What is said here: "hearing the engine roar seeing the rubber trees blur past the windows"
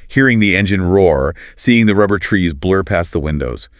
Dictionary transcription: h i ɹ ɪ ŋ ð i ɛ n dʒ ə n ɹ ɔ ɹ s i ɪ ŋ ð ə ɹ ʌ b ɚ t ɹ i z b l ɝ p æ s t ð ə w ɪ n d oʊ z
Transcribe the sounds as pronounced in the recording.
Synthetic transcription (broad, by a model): h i ɹ ɪ ŋ ð i ɛ n dʒ ə n ɹ ɔ ɹ s i ɪ ŋ ð ə ɹ ʌ b ɚ t ɹ i z b l ɝ p æ s ð ə w ɪ n d oʊ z